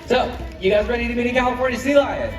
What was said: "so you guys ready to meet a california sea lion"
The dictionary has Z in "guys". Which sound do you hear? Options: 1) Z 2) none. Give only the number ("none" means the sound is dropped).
1